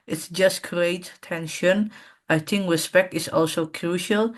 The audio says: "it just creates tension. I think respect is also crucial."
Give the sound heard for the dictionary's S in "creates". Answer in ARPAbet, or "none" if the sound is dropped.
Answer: none